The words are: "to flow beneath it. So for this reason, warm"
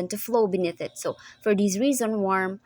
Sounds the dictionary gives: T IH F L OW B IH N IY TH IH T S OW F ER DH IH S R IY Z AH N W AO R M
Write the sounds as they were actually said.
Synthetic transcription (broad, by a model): T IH F L OW B IH N IY TH IH T S OW F ER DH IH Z R IY Z AH N W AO R M